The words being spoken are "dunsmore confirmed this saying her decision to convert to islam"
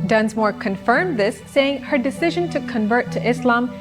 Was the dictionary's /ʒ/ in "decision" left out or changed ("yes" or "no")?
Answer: no